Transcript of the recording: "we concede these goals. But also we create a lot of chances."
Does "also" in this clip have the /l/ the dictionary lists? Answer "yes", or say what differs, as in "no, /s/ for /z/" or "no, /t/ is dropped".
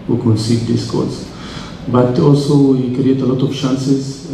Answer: yes